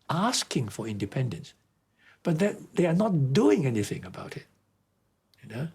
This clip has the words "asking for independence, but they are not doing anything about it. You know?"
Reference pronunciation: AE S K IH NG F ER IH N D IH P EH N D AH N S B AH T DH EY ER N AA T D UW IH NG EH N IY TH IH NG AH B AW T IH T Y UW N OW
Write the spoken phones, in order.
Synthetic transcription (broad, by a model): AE S K IH NG F ER IH N D IH P EH N D AH N S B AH T DH EY ER N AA T D UW IH NG EH N IY TH IH NG AH B AW T IH T Y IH N OW